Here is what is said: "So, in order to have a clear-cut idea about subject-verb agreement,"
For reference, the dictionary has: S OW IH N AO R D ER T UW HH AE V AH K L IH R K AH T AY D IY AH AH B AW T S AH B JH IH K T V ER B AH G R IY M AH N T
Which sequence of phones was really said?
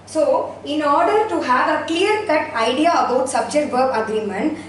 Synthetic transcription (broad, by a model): S OW IH N AO R D ER T UW HH AE V AH K L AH R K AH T AY D IY AH AH B AW T S AH B JH IH K T B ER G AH G R IY M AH N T